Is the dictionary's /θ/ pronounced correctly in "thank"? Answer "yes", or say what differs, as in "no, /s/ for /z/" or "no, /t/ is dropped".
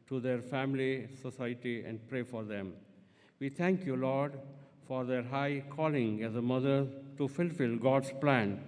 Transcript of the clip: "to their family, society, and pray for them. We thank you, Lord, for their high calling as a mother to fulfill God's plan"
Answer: no, /t/ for /θ/